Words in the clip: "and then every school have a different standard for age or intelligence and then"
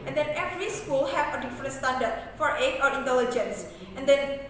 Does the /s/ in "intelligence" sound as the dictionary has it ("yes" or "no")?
yes